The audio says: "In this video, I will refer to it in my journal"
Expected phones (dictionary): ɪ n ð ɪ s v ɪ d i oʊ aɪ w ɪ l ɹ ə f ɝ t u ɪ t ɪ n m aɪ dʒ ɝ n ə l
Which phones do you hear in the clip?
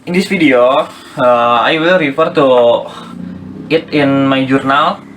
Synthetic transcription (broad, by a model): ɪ n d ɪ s f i d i oʊ aɪ w ɪ l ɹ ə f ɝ t u ɪ t ɪ n m aɪ dʒ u n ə l